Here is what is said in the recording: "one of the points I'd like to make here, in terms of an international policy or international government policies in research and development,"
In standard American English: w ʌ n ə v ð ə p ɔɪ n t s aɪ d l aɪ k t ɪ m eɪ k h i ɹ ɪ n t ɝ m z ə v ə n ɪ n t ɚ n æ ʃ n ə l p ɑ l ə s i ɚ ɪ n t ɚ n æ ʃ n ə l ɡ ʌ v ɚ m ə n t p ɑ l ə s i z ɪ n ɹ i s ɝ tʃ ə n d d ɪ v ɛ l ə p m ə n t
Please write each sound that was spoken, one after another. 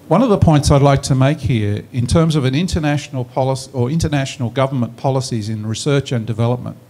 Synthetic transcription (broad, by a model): w ʌ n ə v ð ə p ɔɪ n t s aɪ d l aɪ k t ɪ m eɪ k h i ɹ ɪ n t ɝ m z ə v ə n ɪ n t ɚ n æ ʃ n l p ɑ l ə s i ɚ ɪ n t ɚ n æ ʃ n l ɡ ʌ v ɚ m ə n p ɑ l ə s i z ɪ n ɹ i s ɝ tʃ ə n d d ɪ v ɛ l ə p m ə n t